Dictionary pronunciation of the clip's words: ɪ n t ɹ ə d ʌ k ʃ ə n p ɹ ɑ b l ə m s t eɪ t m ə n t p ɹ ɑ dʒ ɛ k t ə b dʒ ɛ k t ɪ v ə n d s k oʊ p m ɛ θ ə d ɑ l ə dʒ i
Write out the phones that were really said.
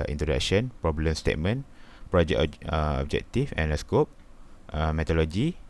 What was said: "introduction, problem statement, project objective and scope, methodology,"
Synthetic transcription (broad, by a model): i n t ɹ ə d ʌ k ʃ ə n p ɹ ɑ b l ə m s t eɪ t m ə n p ɹ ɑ dʒ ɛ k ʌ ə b dʒ ɛ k t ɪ f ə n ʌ s k oʊ p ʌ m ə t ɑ l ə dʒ i